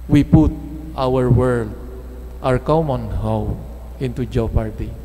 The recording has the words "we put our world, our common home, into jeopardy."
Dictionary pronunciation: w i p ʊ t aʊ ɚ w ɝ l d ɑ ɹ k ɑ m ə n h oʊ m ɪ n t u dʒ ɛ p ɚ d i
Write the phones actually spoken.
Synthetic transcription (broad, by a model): w i p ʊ t aʊ ɚ w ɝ l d ɑ ɹ k ɑ m ə n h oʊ ɪ n t u dʒ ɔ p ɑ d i